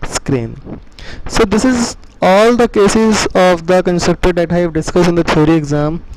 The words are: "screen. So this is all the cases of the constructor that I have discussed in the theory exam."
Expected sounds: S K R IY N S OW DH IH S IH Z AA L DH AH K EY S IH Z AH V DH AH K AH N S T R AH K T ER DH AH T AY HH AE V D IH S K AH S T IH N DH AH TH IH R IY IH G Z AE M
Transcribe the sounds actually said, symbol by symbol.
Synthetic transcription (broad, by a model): S K R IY N S OW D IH S IH Z AA L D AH K EY S IH Z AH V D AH K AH N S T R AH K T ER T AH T AY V D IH S K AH S IH N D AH T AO R IY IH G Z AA M